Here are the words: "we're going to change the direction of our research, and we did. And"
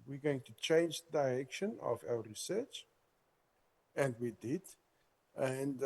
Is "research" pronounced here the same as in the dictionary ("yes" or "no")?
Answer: yes